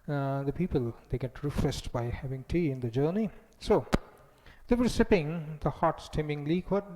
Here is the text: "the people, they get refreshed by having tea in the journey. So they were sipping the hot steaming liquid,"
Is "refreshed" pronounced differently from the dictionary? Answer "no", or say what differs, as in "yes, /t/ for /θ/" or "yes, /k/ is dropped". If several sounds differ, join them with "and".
yes, /s/ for /ʃ/